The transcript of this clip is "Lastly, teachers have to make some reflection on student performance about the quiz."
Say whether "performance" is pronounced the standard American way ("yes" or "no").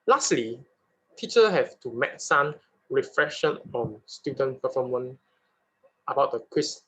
no